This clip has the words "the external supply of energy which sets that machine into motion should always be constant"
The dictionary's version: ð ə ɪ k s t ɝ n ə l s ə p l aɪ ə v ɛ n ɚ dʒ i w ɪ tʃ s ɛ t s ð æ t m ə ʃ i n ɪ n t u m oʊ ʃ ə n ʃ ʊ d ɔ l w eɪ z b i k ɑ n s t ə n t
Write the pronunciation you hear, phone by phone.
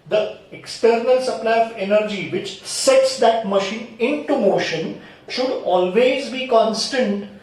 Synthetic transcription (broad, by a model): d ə ɪ k s t ɝ n ə l s ə p l aɪ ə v ɛ n ɚ dʒ i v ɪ tʃ s ɛ t s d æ t m ə ʃ i n ɪ n t u m oʊ ʃ ə n ʃ ʊ d ɔ l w eɪ z b i k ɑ n s t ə n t